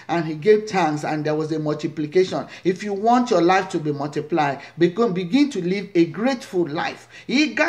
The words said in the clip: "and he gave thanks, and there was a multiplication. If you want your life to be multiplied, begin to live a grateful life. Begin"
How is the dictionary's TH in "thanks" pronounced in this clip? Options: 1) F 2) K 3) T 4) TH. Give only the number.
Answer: 3